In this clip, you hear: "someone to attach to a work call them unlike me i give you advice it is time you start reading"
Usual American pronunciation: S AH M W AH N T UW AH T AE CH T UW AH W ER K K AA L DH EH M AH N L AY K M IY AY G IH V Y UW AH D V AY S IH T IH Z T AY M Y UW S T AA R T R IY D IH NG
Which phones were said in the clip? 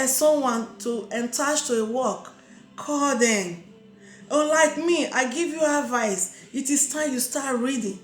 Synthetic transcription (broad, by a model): S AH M W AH N T UW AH T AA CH T UW AH W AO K K AA L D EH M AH L AY K M IY AY G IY V Y UW AH D V AY S IH T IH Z T AY M Y UW S T AA T R IY D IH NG